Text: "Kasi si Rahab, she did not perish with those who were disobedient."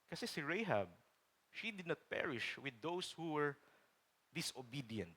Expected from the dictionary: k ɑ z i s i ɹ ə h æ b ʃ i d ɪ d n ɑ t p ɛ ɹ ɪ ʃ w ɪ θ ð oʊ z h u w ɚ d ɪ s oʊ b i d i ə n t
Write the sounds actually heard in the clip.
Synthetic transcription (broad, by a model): k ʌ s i s i ɹ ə h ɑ b ʃ i d ɪ d n ɑ t p ɛ ɹ ɪ ʃ w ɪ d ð oʊ s h u w ɚ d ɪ s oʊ b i d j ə n t